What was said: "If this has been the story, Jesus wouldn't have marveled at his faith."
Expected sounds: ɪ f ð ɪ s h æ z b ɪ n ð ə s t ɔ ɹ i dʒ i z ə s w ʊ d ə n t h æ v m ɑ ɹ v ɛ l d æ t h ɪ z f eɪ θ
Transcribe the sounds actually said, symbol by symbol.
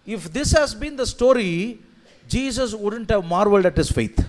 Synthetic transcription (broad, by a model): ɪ f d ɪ s h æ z b ɪ n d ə s t ɔ ɹ i dʒ i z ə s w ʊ d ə n t h æ v m ɑ ɹ v ɛ l d æ t h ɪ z f eɪ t